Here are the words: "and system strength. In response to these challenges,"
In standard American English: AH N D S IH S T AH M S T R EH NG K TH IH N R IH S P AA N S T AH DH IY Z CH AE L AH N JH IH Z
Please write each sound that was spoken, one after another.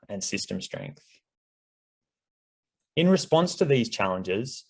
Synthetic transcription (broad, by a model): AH N S IH S T AH M S T R EH NG K TH IH N R IH S P AA N S T AH DH IY Z CH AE L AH N JH IH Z